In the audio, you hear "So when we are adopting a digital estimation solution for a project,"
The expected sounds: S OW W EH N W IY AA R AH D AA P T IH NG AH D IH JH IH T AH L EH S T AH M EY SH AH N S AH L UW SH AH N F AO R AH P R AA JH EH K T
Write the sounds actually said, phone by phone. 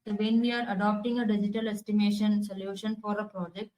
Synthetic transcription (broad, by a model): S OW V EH N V IY AA R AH D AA P T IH NG AH D IH JH IH T AH L EH S T AH M EY SH AH N S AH L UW SH AH N F AO R AH P R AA JH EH K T